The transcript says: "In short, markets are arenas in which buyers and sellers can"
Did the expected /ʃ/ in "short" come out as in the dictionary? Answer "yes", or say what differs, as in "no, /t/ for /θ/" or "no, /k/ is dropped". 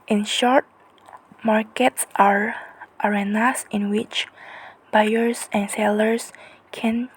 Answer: yes